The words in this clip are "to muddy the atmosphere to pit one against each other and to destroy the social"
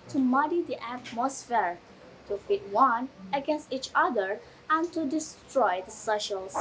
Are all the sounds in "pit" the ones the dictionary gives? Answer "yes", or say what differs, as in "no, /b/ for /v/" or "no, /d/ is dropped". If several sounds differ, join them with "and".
no, /f/ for /p/